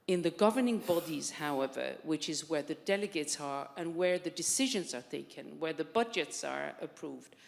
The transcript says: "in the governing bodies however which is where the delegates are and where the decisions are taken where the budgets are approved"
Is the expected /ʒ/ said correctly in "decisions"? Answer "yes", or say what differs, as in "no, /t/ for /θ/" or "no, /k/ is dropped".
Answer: yes